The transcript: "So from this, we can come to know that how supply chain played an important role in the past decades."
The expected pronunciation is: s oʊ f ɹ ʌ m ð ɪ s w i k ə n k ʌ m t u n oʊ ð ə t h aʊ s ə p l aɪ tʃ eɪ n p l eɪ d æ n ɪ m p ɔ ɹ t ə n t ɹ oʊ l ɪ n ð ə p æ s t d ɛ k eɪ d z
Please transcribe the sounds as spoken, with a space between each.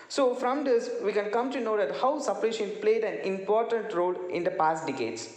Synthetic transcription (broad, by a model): s oʊ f ɹ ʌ m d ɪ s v i k ə n k ʌ m t u n oʊ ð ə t h aʊ s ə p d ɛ ʃ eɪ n p l eɪ d æ n ɪ m p ɔ ɹ t ə n t ɹ oʊ l ɪ n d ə p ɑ s t d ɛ k eɪ d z